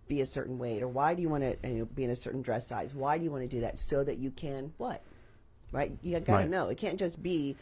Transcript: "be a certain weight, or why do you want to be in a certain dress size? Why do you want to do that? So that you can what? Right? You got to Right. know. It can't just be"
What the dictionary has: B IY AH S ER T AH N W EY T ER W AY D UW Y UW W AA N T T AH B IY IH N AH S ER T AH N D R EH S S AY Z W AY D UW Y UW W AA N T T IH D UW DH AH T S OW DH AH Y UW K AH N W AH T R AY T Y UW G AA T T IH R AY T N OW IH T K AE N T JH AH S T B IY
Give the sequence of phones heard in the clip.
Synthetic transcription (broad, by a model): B IY AH S ER T N W EY T ER W AY D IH Y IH W AA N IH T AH B IY IH N AH S ER T N D R EH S S AY Z W AY D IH Y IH W AA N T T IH D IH DH AH T S OW DH AH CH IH K AH N W AH T R AY T Y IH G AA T T IH N OW IH T K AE N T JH AH S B IY